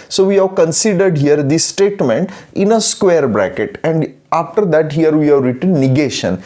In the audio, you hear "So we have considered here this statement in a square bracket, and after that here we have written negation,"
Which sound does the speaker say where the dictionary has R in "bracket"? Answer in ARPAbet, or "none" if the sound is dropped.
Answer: R